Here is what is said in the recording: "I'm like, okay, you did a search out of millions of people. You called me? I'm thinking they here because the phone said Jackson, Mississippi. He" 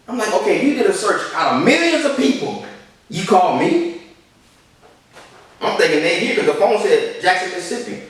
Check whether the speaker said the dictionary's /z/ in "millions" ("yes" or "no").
yes